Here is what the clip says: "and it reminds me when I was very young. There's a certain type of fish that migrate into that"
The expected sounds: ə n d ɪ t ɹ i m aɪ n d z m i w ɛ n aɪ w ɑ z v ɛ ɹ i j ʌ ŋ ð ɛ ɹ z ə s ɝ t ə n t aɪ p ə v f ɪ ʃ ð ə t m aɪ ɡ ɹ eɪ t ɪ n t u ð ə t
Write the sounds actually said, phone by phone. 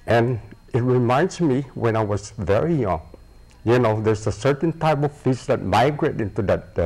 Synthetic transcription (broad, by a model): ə n ɪ t ɹ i m aɪ n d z m i w ɛ n aɪ w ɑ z v ɛ ɹ i j ʌ ŋ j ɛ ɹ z ə s ɝ t ə n t aɪ p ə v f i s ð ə t m aɪ ɡ ɹ eɪ t ɪ n t u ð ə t